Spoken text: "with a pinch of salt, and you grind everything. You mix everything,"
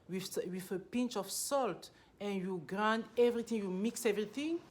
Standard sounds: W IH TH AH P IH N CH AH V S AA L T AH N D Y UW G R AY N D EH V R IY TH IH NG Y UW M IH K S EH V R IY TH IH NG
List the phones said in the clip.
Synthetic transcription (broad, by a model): W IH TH AH P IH N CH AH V S AA L T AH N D Y UW G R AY N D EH V R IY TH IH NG Y UW M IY K S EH V R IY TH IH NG